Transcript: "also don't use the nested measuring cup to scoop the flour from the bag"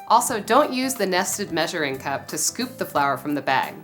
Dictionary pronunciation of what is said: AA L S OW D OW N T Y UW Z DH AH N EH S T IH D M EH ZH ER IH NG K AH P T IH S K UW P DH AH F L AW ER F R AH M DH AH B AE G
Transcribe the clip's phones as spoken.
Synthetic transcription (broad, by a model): AA L S OW D OW N T Y UW Z DH AH N EH S T IH D M EH ZH ER IH NG K AH P T IH S K UW P DH AH F L AW ER F R AH M DH AH B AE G